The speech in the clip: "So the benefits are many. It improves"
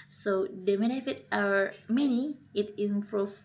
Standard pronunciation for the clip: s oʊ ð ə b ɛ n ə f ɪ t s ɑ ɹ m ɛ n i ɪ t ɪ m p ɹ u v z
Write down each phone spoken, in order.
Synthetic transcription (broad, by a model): s oʊ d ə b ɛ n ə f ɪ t ɑ ɹ m ɛ n i ɪ t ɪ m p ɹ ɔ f